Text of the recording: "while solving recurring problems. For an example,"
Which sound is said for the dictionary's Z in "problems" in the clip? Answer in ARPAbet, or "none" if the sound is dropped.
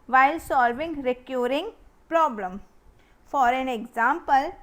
none